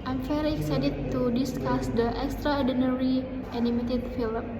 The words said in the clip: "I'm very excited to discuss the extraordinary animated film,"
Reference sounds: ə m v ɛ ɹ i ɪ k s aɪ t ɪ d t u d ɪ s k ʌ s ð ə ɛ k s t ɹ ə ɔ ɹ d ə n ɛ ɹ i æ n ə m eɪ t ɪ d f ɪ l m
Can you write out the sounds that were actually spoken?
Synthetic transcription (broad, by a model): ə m f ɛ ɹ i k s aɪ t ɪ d t u d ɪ s k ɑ s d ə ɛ k s t ɹ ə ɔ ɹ d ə n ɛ ɹ i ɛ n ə m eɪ t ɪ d f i l m